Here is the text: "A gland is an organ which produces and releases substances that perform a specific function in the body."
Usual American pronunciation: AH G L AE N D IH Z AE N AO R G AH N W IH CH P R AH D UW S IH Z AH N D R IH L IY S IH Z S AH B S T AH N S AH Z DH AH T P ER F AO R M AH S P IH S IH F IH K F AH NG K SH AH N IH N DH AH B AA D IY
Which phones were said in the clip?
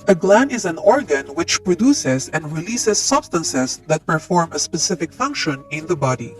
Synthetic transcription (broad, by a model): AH G L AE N IH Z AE N AO R G AH N W IH CH P R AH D UW S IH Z AH N D R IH L IY S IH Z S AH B S T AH N S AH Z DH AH T P ER F AO R M AH S P IH S IH F IH K F AH NG K SH AH N IH N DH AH B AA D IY